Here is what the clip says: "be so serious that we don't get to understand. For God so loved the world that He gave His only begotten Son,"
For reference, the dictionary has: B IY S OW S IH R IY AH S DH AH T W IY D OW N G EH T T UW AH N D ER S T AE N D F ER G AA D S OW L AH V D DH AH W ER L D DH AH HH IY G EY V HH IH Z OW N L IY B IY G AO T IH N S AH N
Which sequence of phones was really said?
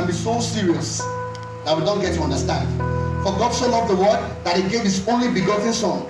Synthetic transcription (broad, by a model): B IY S OW S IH R IY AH S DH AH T W IY D OW N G EH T T UW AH N D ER S T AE N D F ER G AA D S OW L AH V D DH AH W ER D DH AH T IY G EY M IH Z OW N L IY B IY G AO T IH N S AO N